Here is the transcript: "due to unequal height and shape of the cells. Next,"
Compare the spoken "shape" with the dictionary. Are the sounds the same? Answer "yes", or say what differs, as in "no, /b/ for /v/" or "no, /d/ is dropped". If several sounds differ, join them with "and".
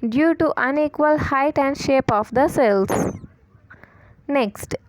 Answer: yes